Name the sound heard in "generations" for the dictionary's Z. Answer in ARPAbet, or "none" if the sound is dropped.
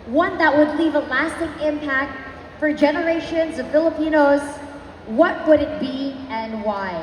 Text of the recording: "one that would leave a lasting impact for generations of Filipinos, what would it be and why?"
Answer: Z